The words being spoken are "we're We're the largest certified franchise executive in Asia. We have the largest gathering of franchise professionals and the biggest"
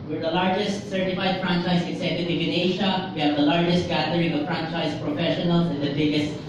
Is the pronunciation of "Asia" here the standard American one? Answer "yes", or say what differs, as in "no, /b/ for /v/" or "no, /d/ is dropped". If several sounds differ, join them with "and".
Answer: no, /ʃ/ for /ʒ/